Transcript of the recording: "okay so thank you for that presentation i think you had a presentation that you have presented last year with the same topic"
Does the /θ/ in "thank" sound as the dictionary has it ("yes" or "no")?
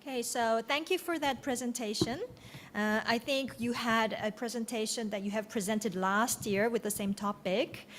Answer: yes